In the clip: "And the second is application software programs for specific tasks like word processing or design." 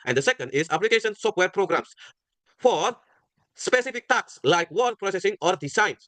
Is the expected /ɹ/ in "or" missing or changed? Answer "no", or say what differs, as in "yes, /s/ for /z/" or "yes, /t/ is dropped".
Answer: no